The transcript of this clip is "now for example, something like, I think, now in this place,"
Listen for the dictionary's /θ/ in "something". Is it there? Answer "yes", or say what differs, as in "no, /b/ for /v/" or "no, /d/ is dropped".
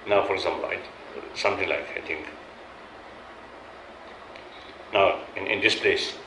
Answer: no, /t/ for /θ/